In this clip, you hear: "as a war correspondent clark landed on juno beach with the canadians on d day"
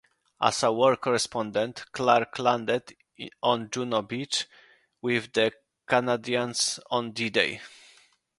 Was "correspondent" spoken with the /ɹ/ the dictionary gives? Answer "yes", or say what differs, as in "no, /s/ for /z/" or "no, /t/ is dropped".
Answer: yes